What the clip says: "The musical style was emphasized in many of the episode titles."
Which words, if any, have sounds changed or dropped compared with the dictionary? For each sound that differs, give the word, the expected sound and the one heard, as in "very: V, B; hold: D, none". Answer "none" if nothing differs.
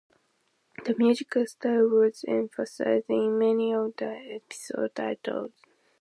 emphasized: D, none